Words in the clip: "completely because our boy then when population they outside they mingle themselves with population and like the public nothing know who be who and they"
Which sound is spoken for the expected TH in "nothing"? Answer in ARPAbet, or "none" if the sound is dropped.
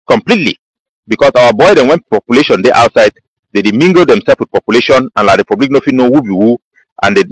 F